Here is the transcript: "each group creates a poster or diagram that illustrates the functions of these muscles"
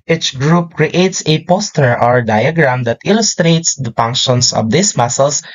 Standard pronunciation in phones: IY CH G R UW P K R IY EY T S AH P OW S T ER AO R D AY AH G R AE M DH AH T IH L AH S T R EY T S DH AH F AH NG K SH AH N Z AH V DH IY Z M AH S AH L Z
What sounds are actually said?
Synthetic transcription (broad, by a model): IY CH G R UW P K R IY EY T S AH P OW S T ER AO R D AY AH G R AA M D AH T IH L AH S T R EY T S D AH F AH NG K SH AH N S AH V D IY S M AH S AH L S